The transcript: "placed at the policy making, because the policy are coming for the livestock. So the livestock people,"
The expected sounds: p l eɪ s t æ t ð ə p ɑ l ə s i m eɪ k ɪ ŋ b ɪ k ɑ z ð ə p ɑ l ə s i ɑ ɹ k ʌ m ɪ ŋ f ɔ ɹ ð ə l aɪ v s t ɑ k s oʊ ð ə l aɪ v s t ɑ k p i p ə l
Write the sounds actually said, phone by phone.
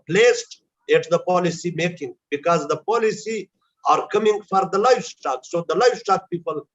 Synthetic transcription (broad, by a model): p l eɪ s t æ t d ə p ɑ l ə s i m eɪ k ɪ ŋ b ɪ k ɑ z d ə p ɑ l ə s i ɑ ɹ k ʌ m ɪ ŋ f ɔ ɹ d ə l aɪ f s t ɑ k s oʊ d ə l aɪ f s t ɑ k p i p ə l